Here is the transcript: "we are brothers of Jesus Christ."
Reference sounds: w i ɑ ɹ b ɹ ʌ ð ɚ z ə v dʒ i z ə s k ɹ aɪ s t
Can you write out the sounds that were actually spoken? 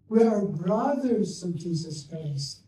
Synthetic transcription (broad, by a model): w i ɑ ɹ b ɹ ʌ ð ɚ z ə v dʒ i z ə s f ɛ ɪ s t